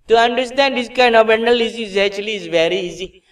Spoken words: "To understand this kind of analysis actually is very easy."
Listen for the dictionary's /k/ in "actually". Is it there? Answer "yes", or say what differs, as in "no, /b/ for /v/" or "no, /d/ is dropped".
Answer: no, /k/ is dropped